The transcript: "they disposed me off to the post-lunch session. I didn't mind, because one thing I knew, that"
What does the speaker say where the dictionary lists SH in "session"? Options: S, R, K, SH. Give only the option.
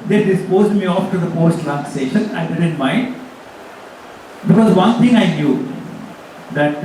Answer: SH